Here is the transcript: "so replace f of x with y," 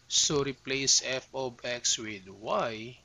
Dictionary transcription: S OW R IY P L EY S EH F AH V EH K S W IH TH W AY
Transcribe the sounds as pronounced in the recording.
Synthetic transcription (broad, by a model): S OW R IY P L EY S EH F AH B EH K S W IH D W AY